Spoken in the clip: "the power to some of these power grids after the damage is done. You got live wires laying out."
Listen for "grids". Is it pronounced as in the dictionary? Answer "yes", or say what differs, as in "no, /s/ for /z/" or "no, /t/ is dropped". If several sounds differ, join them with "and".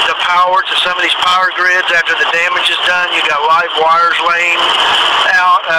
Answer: yes